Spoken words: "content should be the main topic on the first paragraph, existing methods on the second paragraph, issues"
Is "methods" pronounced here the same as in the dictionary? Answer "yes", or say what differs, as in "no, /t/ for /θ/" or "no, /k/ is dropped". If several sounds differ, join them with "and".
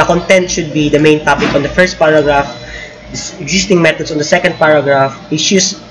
no, /t/ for /θ/ and /s/ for /z/